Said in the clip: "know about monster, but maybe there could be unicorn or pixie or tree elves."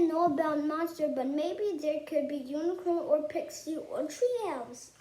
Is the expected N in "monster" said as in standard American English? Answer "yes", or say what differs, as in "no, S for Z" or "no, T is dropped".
no, N is dropped